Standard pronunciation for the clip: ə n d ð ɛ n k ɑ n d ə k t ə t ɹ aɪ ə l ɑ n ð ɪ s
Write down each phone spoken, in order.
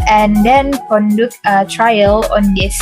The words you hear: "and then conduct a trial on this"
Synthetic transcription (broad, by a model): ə n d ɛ n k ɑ n d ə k ə t ɹ aɪ ə l ɑ n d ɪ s